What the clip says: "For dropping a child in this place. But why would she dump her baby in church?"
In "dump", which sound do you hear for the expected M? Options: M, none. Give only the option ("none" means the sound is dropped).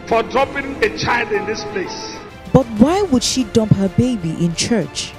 M